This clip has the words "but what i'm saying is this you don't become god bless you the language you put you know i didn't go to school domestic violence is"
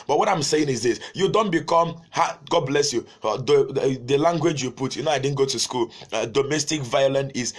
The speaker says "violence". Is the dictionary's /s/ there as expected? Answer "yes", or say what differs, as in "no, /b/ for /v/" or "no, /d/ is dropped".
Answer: no, /s/ is dropped